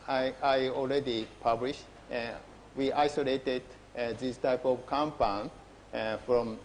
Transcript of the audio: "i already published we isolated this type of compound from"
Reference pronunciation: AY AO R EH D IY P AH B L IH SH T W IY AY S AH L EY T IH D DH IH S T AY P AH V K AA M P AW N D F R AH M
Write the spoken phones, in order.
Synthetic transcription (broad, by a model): AY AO L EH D IY P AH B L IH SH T W IY AY S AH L EY T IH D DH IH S T AY P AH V K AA M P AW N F R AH M